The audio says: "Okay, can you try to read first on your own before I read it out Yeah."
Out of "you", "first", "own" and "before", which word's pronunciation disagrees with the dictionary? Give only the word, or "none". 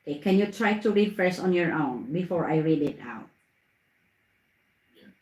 first